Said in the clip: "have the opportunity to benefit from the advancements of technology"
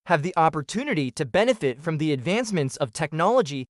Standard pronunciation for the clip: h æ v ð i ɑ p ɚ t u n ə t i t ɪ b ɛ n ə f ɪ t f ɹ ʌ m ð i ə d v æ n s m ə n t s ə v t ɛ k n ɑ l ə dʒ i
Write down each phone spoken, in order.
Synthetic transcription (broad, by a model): h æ v ð i ɑ p ɚ t u n ə t i t ɪ b ɛ n ə f ɪ t f ɹ ʌ m ð i ə d v æ n s m ə n t s ə v t ɛ k n ɑ l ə dʒ i